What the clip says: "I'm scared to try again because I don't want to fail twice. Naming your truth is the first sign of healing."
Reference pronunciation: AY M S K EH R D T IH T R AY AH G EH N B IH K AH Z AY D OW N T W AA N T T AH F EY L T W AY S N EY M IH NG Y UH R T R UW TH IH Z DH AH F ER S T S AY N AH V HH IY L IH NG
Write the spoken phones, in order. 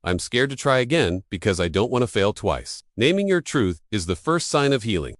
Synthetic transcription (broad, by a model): AY M S K EH R D T IH T R AY AH G EH N B IH K AH Z AY D OW N T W AA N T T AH F EY L T W AY S N EY M IH NG Y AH R T R UW TH IH Z DH AH F ER S T S AY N AH V HH IY L IH NG